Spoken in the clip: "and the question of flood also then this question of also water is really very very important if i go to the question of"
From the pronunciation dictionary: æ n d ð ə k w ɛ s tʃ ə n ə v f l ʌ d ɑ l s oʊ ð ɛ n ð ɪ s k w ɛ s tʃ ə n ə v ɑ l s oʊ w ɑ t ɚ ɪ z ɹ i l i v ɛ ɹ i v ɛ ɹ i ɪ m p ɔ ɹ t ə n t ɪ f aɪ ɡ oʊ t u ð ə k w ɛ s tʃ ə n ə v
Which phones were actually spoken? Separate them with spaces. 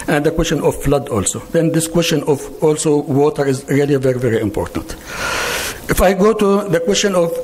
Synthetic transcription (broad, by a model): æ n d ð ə k w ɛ s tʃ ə n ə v f l ʌ d ɑ l s oʊ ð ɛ n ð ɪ s k w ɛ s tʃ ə n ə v ɑ l s oʊ w ɑ t ɚ ɪ z ɹ i l i v ɛ ɹ i v ɛ ɹ i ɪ m p ɔ ɹ t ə n t ɪ f aɪ ɡ oʊ t u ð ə k w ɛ s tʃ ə n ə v